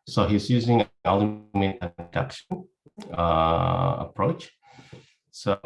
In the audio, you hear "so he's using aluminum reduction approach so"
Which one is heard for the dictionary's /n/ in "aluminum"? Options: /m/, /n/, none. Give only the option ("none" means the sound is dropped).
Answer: none